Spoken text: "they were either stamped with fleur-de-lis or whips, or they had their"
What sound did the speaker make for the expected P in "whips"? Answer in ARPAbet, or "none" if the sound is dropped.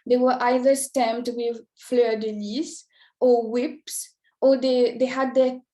P